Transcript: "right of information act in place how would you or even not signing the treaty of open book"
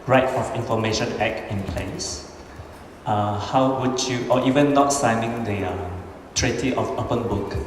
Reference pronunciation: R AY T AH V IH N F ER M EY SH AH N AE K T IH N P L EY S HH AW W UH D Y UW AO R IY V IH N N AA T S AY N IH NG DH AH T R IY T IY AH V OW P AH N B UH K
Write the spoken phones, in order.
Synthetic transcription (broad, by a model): R AY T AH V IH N F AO M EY SH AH N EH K IH N P L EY S HH AW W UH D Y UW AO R IY V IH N N AA T S AY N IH NG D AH T R IY T IY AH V OW P AH N B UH K